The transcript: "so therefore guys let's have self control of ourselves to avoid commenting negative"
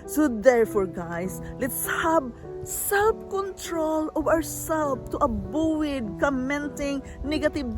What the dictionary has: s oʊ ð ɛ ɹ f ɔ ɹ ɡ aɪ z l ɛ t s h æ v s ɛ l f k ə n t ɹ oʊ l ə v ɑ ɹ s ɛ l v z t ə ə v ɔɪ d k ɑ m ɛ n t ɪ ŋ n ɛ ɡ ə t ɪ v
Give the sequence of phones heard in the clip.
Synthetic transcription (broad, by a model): s oʊ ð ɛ ɹ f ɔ ɹ ɡ aɪ s l ɛ t s h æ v s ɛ l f k ə n t ɹ oʊ l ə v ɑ w s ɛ l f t t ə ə w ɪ d k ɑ m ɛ n t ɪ ŋ n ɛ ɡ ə t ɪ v